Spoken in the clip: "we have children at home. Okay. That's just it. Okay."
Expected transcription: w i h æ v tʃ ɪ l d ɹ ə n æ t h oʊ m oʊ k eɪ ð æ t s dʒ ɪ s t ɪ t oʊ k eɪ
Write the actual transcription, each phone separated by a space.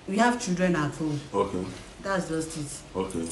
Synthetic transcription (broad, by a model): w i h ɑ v tʃ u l d ɹ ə n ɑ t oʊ oʊ k eɪ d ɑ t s dʒ ɪ s t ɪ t oʊ k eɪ